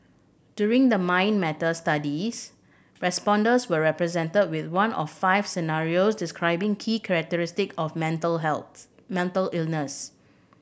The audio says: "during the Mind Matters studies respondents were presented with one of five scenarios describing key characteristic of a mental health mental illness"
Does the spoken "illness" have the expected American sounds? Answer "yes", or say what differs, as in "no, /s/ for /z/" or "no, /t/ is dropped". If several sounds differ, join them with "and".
yes